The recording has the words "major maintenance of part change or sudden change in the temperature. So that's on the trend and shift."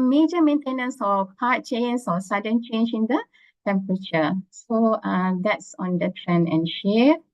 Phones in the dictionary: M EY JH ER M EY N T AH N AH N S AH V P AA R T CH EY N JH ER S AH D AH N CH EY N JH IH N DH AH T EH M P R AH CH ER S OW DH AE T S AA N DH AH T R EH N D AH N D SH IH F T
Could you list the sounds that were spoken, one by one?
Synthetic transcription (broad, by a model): M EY JH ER M EY N T AH N AH N S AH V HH AA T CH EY N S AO S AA D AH N CH EY N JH IH N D AH T EH M P R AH CH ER S OW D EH T S AA N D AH T R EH N AH N SH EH